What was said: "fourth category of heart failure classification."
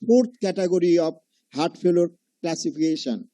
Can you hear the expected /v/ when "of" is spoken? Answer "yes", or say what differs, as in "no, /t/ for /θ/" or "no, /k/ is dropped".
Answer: no, /b/ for /v/